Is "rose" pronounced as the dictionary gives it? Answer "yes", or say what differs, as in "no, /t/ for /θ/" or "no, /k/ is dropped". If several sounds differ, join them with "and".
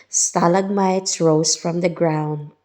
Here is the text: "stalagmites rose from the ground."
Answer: no, /s/ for /z/